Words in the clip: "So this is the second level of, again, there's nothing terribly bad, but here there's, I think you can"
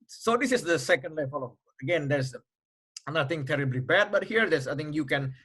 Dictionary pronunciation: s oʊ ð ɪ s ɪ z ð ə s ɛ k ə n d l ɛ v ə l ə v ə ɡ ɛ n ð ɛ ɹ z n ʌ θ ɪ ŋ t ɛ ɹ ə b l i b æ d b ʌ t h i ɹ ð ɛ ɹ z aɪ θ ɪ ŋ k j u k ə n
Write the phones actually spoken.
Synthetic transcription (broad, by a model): s oʊ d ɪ s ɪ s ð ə s ɛ k ə n d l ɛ f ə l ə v ə ɡ ɛ n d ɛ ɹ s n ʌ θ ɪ ŋ t ɛ ɹ ə b l i b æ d b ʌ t h i ɹ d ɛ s aɪ t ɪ ŋ k j u k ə n